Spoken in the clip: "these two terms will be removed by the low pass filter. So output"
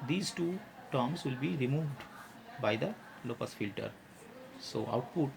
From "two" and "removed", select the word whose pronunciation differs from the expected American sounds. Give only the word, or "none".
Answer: none